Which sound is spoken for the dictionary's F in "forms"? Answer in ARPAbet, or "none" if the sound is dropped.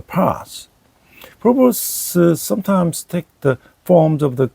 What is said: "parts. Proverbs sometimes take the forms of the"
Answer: F